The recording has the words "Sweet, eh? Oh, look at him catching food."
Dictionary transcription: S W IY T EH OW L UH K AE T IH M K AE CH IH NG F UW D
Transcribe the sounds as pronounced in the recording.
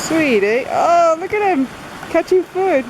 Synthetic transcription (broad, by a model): S W IY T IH OW L UH K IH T IH M K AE CH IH F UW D